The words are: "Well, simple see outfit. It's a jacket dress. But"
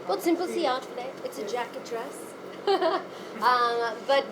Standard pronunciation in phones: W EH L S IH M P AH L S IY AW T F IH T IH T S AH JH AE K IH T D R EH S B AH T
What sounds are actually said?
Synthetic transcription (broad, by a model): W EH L S IH M P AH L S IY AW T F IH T IH T S AH JH AE K IH T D R EH S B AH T